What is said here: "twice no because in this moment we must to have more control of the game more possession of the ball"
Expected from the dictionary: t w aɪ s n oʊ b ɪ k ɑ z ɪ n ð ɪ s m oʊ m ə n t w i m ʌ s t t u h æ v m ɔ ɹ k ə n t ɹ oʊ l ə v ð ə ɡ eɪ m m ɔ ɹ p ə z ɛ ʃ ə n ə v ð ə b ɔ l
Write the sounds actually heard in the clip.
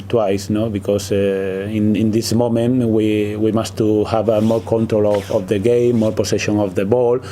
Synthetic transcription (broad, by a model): t w aɪ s n oʊ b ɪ k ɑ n ɪ n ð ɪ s m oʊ m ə n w w i m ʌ s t t u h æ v m ɔ ɹ k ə n t ɹ oʊ l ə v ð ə ɡ eɪ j m ɔ ɹ p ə s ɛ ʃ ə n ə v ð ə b ɔ l